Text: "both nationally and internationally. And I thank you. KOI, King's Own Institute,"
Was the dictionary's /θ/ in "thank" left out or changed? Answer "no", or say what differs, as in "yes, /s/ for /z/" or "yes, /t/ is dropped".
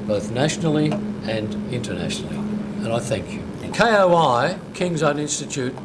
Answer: no